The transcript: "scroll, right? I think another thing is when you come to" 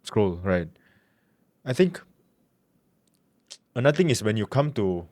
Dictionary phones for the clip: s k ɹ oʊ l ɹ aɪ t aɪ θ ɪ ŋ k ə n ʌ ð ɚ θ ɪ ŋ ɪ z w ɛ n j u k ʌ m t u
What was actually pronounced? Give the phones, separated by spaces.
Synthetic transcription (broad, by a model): s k ɹ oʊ l ɹ aɪ t aɪ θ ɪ ŋ k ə n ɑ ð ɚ t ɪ ŋ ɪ s w ɛ n j u k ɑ m t u